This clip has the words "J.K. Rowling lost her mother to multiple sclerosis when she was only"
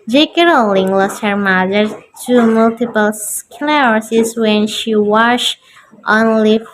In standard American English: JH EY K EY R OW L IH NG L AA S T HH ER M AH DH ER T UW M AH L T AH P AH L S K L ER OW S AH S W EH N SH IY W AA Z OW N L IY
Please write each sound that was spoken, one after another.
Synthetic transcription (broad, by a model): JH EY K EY R OW L IH NG L AA S T HH ER M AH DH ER T UW M AH L T AH P AH L S K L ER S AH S W EH N SH IY W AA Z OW N L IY